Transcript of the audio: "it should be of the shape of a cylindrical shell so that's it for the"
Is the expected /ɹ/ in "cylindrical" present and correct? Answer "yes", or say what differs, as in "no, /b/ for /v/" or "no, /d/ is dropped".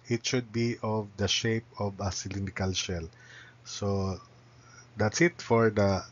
no, /ɹ/ is dropped